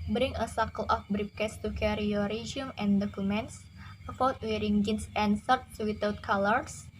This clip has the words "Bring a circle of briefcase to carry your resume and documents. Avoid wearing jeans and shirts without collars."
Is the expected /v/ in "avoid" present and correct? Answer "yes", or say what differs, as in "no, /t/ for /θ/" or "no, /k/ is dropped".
no, /f/ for /v/